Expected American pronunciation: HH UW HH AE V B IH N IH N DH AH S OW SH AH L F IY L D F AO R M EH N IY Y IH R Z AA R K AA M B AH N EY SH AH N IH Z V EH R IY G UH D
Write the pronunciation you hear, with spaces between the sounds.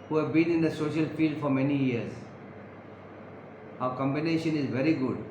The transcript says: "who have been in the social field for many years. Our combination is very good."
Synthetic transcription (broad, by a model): HH UW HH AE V B IH N IH N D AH S OW SH AH L F IY L D F AO R M EH N IY Y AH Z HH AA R K AA M B AH N EY SH AH N IH Z V EH R IY G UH D